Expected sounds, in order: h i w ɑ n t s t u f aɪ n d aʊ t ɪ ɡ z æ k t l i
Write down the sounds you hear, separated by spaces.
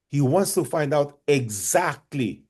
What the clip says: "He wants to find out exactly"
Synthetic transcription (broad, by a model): h i w ɑ n t s t u f aɪ n d aʊ t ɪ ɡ z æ k t l i